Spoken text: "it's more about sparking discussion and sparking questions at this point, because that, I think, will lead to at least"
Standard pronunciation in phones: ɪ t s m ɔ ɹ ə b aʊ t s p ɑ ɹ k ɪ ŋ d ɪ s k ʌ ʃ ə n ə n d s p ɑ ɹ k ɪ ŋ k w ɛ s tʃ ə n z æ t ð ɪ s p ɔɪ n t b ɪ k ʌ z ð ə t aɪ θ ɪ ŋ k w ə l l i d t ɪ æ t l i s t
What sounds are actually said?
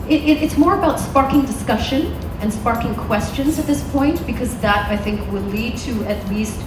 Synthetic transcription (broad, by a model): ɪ t s m ɔ ɹ ə b aʊ t s p ɑ ɹ k ɪ ŋ d ɪ s k ʌ ʃ ə n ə n s p ɑ ɹ k ɪ ŋ k w ɛ s tʃ ə n z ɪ t ð ɪ s p ɔɪ n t b ɪ k ʌ z ð ə t aɪ θ ɪ ŋ k w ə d l i d t ɪ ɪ t l i s t